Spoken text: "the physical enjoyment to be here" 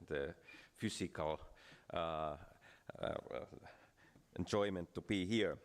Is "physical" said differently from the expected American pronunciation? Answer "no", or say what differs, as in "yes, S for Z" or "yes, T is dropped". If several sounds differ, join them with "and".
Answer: yes, S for Z